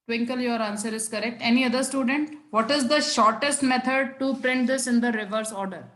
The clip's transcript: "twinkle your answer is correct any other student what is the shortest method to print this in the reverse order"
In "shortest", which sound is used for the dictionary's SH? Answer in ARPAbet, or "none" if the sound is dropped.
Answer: SH